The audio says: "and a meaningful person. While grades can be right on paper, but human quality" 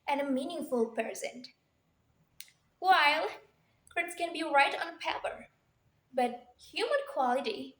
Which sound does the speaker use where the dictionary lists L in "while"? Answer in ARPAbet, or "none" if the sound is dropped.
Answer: L